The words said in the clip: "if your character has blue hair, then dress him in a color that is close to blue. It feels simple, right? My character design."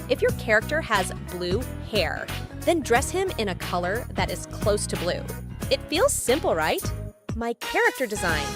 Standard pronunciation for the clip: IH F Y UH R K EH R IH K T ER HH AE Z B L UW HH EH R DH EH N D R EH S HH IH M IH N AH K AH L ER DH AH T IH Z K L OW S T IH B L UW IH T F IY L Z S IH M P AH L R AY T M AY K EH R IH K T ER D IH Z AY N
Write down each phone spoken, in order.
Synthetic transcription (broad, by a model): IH F Y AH R K EH R IH K T ER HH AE Z B L UW HH EH R DH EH N D R EH S HH IH M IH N AH K AH L ER DH AH T IH Z K L OW S T IH B L UW IH T F IY L Z S IH M P L R AY T M AY K EH R IH K T ER D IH Z AY N